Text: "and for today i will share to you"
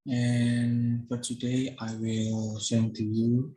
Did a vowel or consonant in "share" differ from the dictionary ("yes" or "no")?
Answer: yes